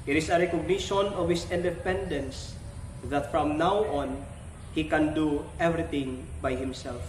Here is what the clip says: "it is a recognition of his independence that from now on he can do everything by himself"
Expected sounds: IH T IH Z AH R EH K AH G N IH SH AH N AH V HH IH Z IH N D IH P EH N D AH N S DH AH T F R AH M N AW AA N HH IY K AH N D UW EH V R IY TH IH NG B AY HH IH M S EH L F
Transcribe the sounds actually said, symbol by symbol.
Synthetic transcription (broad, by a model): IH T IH S AH R EH K AH G N IH SH AH N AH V HH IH S IH N D IH P EH N D AH N S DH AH T F R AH M N AW AA N HH IY K AH N D UW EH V R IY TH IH NG B AY HH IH M S EH L F